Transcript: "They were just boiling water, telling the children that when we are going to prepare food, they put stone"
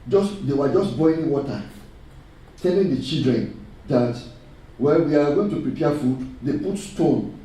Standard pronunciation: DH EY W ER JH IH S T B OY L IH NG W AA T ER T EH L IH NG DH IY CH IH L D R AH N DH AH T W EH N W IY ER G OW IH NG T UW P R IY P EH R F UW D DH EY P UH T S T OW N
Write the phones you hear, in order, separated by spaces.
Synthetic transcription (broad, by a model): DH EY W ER JH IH S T B OY IH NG W AA T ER T EH L IH NG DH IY CH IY L D R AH N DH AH T W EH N W IY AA G OW IH NG T UW P R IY P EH F UW D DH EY P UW T S T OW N